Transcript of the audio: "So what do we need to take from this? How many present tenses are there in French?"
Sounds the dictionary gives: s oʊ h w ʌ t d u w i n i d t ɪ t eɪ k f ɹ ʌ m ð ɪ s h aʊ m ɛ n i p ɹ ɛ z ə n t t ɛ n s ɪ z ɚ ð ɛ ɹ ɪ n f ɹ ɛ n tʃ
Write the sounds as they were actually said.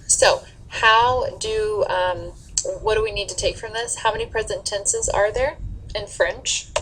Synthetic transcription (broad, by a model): s oʊ h w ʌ t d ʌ w i n i d t ɪ t eɪ k f ɹ ʌ m ð ɪ s h aʊ m ɛ n i p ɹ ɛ z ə n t t ɛ n s ɪ z ɚ ð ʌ ɹ ɪ n f ɹ ɛ n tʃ